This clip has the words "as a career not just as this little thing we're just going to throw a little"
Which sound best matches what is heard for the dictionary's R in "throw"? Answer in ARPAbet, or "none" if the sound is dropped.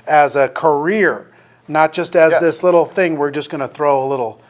R